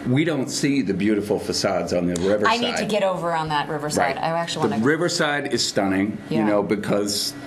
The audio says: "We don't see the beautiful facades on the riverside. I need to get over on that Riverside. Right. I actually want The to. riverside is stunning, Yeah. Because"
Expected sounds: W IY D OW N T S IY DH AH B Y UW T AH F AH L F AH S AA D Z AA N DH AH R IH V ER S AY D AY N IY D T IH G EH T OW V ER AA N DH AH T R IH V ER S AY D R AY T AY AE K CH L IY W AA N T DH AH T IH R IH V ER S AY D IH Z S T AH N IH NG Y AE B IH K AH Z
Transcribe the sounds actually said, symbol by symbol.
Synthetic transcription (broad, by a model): W IY D OW N T S IY DH AH B Y UW T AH F L F AH S AA D Z N DH AH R IH V ER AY AY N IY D T IH G EH T OW V ER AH N DH AH T R IH V ER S R AY T AY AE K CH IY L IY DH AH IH R IH V ER S AY D IH Z S T AH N IH NG Y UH B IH K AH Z